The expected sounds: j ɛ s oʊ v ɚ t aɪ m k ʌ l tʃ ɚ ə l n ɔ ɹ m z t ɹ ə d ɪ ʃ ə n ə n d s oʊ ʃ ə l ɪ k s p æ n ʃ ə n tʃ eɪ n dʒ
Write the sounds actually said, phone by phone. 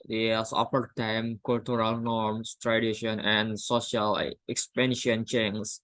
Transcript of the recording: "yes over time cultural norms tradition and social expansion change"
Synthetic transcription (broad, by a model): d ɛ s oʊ f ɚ t aɪ m k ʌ l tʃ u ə l n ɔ ɹ m s t ɹ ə d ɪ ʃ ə n ə n d s oʊ ʃ ə l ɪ k s p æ n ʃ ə n tʃ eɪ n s